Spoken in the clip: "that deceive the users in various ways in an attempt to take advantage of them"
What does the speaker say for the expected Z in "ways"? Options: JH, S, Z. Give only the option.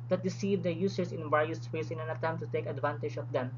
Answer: S